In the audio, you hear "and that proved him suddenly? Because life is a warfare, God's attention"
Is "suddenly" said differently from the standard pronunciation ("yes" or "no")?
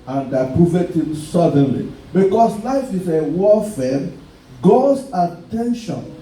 no